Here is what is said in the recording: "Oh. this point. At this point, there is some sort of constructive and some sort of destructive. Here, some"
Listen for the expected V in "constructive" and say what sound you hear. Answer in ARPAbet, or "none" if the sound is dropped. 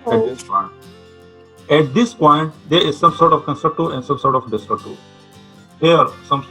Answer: none